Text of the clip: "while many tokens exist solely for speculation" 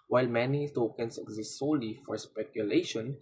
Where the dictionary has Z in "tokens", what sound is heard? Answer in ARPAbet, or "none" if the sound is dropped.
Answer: S